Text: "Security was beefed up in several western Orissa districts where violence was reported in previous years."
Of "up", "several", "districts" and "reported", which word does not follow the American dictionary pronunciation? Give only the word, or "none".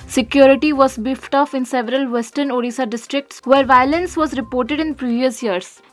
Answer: up